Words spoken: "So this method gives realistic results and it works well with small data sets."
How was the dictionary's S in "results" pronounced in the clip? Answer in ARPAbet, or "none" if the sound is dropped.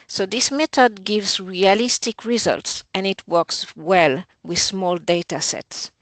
S